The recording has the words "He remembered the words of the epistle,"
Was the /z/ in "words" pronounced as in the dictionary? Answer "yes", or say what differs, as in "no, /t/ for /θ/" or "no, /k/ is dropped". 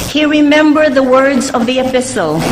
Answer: yes